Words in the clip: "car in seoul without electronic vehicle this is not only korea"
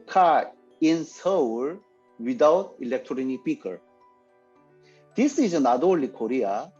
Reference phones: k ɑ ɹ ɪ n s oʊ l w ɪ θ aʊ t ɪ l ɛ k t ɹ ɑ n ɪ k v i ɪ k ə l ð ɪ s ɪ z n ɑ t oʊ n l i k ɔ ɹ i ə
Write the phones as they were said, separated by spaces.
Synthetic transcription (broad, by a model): k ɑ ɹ ɪ n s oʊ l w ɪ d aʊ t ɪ l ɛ k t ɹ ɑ n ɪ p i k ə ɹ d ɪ s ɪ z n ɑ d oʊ l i k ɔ ɹ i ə